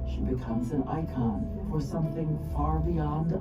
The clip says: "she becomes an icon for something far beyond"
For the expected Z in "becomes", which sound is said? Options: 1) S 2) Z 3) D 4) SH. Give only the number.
2